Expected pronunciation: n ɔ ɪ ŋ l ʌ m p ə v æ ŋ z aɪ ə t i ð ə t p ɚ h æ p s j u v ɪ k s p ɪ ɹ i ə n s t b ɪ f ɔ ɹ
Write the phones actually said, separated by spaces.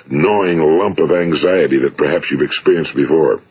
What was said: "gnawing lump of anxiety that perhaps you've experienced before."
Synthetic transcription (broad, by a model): n ɔ ɪ ŋ l ʌ m p ə v æ ŋ z aɪ ə t i ð ə t p ɚ h æ p s j u v ɪ k s p ɪ ɹ i ə n s t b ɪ f ɔ ɹ